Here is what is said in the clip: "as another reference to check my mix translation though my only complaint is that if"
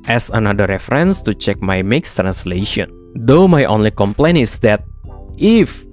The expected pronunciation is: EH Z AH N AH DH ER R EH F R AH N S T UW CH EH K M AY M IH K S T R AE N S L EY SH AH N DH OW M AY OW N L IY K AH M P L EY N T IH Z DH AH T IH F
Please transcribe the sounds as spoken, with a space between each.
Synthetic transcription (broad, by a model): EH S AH N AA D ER R EH F R AH N S T UW CH EH K M AY M IH K S T R AE N S L EY SH AH N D OW M AY OW N L IY K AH M P L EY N IH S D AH T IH F